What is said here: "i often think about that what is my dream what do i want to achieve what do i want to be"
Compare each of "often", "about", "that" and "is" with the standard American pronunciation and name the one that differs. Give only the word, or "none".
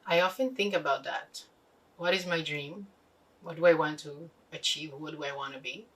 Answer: none